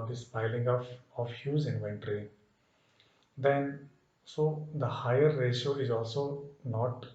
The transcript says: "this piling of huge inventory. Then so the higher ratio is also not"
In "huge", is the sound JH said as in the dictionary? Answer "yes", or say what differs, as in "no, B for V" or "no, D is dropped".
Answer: no, Z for JH